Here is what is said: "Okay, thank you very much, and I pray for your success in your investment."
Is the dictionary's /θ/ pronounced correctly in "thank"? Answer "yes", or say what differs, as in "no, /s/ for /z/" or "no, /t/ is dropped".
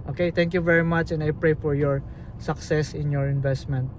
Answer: no, /t/ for /θ/